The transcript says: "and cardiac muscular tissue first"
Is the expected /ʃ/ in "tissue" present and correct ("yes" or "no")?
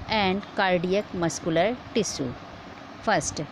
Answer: no